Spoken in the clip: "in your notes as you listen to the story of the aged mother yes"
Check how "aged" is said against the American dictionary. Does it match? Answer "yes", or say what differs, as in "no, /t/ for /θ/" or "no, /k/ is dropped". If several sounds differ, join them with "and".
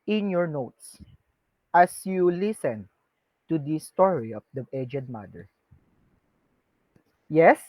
yes